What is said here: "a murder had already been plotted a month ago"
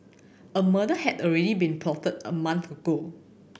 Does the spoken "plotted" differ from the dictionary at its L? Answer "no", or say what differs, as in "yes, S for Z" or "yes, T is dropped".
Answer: yes, L is dropped